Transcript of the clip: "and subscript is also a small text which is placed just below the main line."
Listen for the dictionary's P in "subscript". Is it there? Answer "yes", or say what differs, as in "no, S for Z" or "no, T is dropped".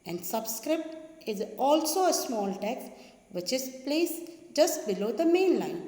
yes